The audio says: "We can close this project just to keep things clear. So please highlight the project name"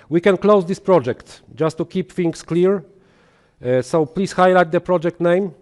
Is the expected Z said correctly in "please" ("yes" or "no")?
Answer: no